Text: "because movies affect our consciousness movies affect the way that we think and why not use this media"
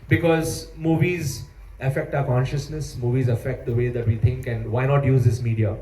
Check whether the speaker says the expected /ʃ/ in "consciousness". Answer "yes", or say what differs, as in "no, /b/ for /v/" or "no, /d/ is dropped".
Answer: yes